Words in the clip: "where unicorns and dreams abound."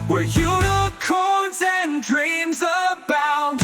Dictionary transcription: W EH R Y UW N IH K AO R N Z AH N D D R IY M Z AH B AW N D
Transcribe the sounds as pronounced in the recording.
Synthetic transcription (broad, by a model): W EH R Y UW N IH K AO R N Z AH N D D R IY M Z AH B AW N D